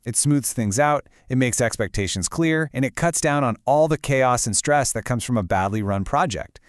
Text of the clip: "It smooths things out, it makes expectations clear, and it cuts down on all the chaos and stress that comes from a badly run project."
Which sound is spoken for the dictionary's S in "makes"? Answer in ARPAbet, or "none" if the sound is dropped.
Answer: S